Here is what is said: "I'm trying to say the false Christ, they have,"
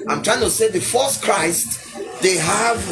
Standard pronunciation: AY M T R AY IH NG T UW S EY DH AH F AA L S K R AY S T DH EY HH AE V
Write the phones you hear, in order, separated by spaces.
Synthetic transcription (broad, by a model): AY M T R AY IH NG T UW S EY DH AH F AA S K R AY S T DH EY HH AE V